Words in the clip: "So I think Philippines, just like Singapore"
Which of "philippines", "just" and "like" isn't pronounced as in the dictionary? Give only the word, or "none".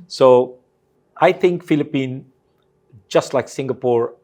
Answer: philippines